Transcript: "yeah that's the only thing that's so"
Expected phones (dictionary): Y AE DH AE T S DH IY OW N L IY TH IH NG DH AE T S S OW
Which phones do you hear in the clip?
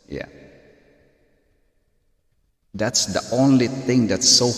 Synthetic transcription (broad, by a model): Y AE DH AE T S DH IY OW N L IY TH IH NG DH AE T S S OW